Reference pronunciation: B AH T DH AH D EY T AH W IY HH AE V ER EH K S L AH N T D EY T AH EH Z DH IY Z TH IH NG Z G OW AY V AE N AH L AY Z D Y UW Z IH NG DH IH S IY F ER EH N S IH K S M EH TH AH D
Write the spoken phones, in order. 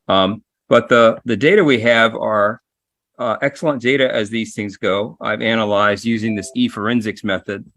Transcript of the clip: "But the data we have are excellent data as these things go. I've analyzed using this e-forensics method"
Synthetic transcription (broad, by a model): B AH T DH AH D EY T AH W IY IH V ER EH K S L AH N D EY T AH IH Z DH IY Z TH IH NG Z G OW AY V AE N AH L AY Z D Y UW Z IH NG DH IH S IY F ER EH N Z IH K S M EH TH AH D